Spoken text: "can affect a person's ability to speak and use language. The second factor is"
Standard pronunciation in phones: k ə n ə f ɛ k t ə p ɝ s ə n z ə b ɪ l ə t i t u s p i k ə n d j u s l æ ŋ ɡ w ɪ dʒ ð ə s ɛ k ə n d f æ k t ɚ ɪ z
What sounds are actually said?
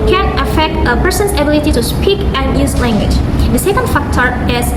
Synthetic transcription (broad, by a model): k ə n ə f ɛ k t ə p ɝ s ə n s ə b ɪ l ə t i t u s p i k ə n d j u s l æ ŋ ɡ w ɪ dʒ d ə s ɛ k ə n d f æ k t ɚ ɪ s